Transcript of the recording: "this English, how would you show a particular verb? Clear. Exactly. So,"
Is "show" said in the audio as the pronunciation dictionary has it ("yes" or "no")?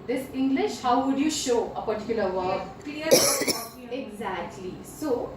yes